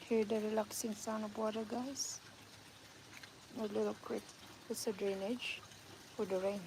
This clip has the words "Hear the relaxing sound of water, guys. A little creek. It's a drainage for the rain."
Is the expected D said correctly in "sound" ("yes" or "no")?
no